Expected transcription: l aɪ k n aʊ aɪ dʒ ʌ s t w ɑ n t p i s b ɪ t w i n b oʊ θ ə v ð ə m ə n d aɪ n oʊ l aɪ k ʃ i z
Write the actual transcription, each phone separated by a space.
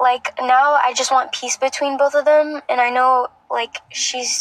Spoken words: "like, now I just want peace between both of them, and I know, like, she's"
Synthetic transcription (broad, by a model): l aɪ k n aʊ aɪ dʒ ʌ s t w ɑ n p i s b ɪ t w i n b oʊ θ ə v ð ə m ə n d aɪ n oʊ l aɪ k ʃ i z